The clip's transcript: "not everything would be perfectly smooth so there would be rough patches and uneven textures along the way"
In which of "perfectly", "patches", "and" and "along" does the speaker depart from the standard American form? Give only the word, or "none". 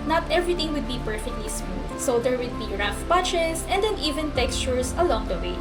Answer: patches